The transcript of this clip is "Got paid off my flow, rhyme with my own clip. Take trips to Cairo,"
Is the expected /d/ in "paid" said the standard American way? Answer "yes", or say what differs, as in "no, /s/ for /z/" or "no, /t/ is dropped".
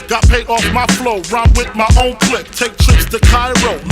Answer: yes